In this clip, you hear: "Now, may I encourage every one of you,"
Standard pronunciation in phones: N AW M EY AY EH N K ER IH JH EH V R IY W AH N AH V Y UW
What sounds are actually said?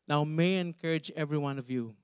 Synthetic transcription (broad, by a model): N AW M EY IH EH N K ER IH JH EH V R IY W AH N AH V Y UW